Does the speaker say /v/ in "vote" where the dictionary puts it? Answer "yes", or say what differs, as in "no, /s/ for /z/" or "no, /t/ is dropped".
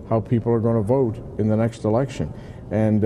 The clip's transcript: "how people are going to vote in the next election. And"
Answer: yes